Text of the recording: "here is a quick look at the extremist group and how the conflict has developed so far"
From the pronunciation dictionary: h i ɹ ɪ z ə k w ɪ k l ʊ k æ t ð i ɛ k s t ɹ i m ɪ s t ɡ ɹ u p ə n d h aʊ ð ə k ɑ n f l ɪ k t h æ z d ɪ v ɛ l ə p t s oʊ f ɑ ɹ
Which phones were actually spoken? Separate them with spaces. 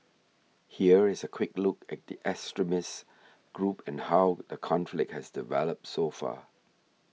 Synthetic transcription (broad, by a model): h i ɹ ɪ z ə k w ɪ k l ʊ k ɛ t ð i ɛ s t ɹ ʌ m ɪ s ɡ ɹ u p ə n h aʊ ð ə k ɑ n f l ɪ k t h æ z d ɪ v ɛ l ə p t s oʊ f ɑ